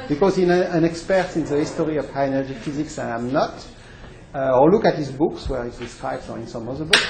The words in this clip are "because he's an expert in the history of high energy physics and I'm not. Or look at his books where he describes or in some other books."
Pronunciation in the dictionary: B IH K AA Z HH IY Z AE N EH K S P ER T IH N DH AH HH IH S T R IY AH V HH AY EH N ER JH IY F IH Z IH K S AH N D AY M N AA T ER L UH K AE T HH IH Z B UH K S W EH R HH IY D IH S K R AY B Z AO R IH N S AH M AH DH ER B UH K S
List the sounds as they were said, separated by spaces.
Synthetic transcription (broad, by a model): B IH K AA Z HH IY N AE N EH K S P ER T IH N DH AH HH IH S T R IY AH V HH AY EH N ER JH IY F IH Z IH K S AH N AY M N AA T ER L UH K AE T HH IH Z B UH K S W EH R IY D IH S K R AY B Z AO R IH N S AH M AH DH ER B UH K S